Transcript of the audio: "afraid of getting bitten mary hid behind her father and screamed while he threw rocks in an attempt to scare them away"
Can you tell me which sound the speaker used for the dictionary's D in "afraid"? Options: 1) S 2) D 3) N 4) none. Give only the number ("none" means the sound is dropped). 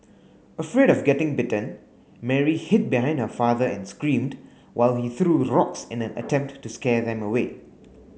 2